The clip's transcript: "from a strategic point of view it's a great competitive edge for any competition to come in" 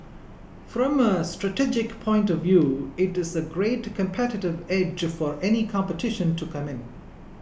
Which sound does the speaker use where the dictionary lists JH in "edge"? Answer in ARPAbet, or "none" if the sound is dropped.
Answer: JH